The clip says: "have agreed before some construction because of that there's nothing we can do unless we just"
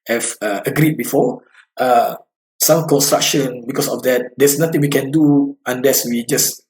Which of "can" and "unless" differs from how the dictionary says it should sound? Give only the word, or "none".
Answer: none